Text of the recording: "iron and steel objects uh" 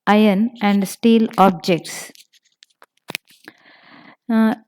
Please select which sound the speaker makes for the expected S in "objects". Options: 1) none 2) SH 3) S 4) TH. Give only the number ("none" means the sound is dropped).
3